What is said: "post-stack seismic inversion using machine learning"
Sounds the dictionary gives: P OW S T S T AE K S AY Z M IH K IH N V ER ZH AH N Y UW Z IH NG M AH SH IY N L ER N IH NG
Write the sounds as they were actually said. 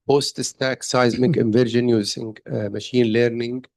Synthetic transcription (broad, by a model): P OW S T S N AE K S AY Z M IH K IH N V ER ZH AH N Y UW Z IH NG M AH SH IY N L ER N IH NG